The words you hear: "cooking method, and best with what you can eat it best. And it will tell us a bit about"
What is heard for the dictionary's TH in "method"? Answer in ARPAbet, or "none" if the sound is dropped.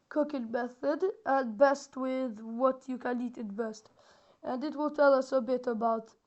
TH